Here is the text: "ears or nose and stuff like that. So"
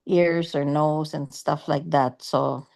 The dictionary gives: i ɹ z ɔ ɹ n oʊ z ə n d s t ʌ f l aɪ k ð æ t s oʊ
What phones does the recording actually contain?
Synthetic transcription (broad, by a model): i ɹ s ɔ ɹ n oʊ s ə n d s t ʌ f l aɪ k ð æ t s oʊ